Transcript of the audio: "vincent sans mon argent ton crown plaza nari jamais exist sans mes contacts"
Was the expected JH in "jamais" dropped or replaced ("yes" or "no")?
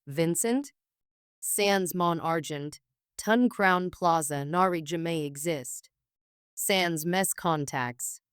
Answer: no